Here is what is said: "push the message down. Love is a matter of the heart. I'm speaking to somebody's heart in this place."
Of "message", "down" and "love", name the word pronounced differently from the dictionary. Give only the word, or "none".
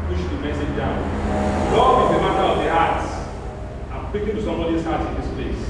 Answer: love